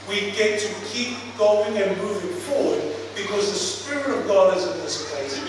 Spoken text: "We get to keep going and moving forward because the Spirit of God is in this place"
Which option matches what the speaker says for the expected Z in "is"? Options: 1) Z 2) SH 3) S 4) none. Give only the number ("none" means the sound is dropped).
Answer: 1